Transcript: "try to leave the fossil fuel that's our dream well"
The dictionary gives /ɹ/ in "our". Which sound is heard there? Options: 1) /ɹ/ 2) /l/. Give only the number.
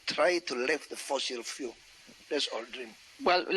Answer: 2